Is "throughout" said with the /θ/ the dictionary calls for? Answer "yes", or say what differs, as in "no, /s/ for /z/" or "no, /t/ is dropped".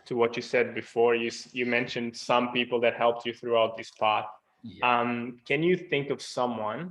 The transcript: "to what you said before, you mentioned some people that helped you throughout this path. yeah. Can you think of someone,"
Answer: yes